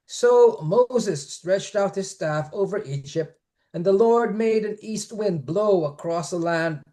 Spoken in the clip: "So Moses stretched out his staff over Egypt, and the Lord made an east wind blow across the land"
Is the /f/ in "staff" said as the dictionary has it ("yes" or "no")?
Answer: yes